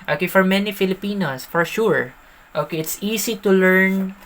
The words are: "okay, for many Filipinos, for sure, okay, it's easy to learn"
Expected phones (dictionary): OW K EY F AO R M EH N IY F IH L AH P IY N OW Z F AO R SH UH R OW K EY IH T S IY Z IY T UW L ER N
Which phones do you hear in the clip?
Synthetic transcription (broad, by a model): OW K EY F AO R M EH N IY F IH L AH P IY N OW S F AO R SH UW R OW K EY IH T S IY S IY T UW L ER N